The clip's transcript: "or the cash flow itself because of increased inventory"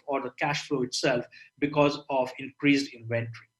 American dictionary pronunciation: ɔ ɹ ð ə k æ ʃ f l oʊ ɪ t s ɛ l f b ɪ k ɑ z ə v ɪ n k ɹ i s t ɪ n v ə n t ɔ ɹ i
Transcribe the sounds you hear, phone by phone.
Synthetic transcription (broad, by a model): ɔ ɹ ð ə k æ ʃ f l oʊ ɪ t s ɛ l f b ɪ k ɑ z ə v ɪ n k ɹ i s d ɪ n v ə n t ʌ ɹ i